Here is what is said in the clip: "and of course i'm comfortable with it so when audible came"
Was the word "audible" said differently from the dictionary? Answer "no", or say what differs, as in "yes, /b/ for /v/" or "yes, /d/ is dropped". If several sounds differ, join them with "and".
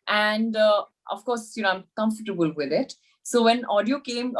yes, /b/ is dropped